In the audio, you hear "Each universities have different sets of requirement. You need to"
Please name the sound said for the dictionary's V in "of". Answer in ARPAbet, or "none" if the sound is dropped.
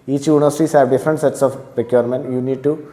P